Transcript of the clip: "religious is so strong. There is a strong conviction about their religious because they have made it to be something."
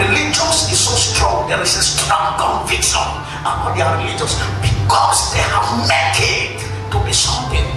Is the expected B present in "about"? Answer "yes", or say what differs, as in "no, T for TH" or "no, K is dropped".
no, B is dropped